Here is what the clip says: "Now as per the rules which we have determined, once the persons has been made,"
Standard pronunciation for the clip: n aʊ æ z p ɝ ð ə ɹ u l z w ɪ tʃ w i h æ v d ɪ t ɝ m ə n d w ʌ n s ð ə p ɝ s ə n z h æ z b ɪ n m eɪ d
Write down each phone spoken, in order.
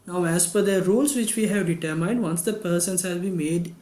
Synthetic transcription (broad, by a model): n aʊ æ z f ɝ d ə ɹ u l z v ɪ tʃ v i h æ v d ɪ t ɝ m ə n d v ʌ n s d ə p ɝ s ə n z h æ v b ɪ m eɪ d